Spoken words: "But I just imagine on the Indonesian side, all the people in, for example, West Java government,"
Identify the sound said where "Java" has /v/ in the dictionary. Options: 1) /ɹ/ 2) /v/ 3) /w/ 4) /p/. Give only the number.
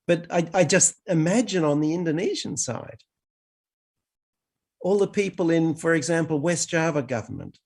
2